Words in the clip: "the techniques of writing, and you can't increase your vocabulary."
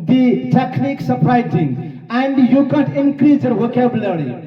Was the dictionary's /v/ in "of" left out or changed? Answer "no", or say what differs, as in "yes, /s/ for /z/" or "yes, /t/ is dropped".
yes, /p/ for /v/